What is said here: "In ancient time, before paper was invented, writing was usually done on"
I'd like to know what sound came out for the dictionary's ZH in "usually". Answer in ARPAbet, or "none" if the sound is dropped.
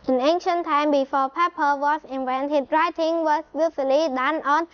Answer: S